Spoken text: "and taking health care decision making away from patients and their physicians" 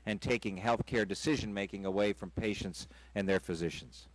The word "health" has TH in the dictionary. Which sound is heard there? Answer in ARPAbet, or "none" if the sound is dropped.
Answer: TH